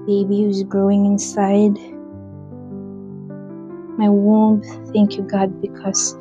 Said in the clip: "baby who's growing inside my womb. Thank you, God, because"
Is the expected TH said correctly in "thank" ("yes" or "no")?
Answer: yes